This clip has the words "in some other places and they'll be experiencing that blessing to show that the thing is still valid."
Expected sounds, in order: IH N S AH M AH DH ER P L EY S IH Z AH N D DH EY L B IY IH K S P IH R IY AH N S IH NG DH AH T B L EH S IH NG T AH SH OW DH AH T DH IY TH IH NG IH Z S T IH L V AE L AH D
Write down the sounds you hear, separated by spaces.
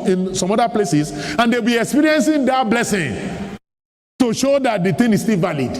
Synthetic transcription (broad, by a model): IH N S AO M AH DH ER P L EY S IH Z AH N D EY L B IY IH K S P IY R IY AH N S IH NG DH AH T B L EH S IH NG T AH SH OW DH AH T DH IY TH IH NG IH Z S T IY L V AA L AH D